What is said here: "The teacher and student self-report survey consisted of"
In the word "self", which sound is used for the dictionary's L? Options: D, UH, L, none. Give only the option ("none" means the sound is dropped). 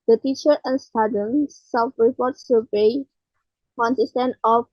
none